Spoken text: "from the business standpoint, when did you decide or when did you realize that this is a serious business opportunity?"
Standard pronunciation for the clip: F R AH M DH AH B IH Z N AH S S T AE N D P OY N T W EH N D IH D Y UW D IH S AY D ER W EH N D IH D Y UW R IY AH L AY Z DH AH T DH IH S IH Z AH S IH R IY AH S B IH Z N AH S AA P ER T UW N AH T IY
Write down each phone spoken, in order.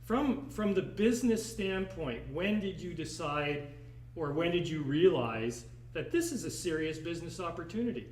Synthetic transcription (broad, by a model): F R AH M DH AH B IH Z N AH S S T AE N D P OY N T W EH N D IH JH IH D IH S AY D ER W EH N D IH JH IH R IY AH L AY Z DH AH T DH IH S IH Z AH S IH R IY AH S B IH Z N AH S AA P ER T UW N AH T IY